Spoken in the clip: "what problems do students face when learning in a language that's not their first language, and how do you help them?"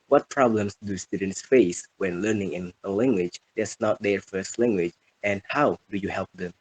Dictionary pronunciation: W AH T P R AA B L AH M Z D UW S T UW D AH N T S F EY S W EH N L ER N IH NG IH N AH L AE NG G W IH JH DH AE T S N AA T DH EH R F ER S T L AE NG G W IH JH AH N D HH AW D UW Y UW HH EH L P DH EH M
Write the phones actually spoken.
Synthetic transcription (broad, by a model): W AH T P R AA B L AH M S D UW S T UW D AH N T S F EY S W EH N L ER N IH NG IH N AH L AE NG G W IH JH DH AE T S N AA T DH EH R F ER S T L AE NG G W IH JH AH N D HH AW D UW Y UW HH EH L P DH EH M